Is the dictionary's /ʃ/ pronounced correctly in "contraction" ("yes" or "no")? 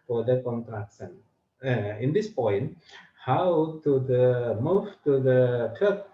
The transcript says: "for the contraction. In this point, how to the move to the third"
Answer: no